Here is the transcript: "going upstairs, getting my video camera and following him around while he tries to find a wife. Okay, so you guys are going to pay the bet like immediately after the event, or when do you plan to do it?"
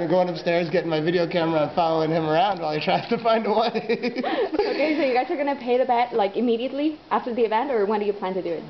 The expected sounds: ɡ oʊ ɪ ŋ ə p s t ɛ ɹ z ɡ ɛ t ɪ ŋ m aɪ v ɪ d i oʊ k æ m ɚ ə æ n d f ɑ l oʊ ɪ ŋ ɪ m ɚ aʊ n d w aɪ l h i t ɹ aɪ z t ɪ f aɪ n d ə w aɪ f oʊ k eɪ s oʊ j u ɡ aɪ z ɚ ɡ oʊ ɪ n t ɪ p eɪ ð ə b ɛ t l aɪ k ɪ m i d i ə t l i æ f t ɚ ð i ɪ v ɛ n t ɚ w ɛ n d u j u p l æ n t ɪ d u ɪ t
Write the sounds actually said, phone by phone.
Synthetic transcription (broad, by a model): ɡ oʊ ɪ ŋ ə p s t ɛ ɹ z ɡ ɛ t ɪ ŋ m aɪ v ɪ d i oʊ k æ m ɚ ə f ɑ l oʊ ɪ ŋ ɪ m ɚ aʊ n d w aɪ l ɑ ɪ t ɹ aɪ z t ɪ f aɪ n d ə w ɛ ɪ oʊ k eɪ s oʊ j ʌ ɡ aɪ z ɚ ɡ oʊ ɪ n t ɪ p eɪ ð ə b ɛ t l aɪ k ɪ m i d i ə t l i æ f t ɚ ð i ɪ v ɛ n t ɚ w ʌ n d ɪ j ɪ p l æ n t ɪ d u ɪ t